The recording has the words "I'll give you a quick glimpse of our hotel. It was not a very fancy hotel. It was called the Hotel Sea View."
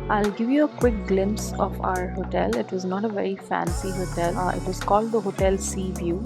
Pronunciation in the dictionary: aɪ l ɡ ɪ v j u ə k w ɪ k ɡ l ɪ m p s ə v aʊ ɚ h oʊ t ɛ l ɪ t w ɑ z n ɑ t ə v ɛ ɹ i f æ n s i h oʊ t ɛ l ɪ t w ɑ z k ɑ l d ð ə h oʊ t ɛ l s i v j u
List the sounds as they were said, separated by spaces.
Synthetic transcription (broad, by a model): aɪ l ɡ ɪ v j u ə k w ɪ k ɡ l ɪ m p s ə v aʊ ɚ h oʊ t ɛ l ɪ t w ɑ z n ɑ t ə v ɛ ɹ i f æ n s i h oʊ t ɛ l ɪ t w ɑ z k ɑ l d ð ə h oʊ t ɛ l s i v j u